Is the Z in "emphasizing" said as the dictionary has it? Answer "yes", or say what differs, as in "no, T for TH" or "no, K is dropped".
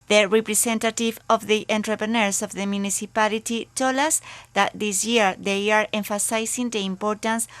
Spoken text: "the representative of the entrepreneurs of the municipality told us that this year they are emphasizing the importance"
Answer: no, S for Z